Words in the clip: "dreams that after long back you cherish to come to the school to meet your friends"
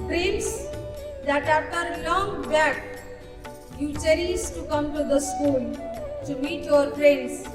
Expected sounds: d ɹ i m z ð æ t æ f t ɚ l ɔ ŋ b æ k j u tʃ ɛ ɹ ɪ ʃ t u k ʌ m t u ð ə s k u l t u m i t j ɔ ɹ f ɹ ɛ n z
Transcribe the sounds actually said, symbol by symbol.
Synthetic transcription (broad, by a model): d ɹ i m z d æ t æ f t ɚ l ɔ ŋ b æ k j u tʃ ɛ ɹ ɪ s t u k ʌ m t u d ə s k u l t u m i t j ɔ ɹ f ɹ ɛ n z